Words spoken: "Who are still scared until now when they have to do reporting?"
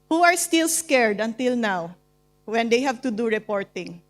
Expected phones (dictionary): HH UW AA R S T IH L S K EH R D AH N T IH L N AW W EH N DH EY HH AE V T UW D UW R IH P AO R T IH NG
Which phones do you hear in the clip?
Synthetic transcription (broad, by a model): HH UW AA R S T IH L S K EH R D AH N T IH L N AW W EH N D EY HH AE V T UW D UW R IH P AO R T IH NG